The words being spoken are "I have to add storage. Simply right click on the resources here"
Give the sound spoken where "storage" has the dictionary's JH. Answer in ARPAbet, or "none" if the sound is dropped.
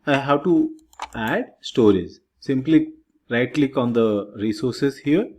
Z